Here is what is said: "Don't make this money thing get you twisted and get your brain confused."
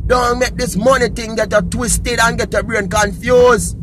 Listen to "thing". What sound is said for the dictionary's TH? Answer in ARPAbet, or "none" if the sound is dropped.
T